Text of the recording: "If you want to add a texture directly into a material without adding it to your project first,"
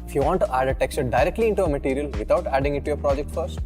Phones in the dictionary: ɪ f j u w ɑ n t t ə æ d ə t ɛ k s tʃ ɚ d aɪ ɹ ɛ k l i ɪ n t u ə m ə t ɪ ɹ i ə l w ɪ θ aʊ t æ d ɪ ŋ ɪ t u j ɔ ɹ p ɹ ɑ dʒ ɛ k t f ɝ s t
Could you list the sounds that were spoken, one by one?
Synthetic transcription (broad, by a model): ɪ f j u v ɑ n t t æ d ə t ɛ k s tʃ d aɪ ɹ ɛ k l i ɪ n t u ə m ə t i ɹ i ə l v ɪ t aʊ t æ d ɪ ŋ ɪ t u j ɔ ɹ p ɹ ɑ dʒ ɛ k t f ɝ s t